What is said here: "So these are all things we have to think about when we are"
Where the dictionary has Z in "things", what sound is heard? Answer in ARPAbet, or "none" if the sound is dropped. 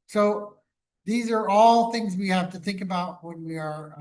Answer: Z